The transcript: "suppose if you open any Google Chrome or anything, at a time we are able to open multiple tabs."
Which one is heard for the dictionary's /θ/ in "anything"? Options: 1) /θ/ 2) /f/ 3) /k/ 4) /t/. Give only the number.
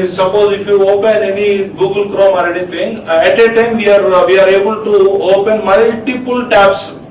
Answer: 4